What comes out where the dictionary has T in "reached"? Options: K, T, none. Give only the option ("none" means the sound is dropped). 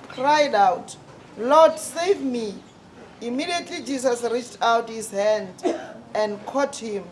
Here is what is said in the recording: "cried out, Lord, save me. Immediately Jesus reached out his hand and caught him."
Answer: T